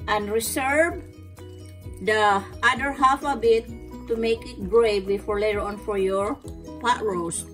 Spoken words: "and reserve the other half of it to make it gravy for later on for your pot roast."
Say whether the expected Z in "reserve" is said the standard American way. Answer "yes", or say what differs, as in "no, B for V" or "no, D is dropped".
no, S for Z